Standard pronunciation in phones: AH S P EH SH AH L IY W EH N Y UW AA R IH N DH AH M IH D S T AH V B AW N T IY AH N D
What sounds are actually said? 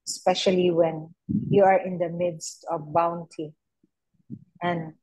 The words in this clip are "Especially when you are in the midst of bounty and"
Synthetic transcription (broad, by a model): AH S P EH SH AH L IY W EH N Y UW AA R IH N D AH M IH D S T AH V B AW N T IY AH N D